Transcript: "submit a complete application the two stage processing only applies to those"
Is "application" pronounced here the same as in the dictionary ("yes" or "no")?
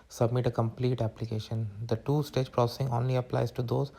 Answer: yes